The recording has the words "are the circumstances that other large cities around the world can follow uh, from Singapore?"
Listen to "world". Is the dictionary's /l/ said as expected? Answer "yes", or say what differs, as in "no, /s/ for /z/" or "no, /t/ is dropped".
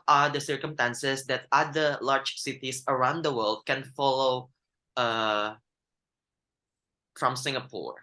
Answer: yes